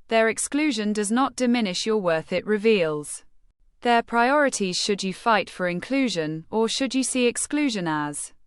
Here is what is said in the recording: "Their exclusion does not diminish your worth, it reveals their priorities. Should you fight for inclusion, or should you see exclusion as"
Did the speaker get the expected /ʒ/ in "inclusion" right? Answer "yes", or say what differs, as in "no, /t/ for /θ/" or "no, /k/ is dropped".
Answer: yes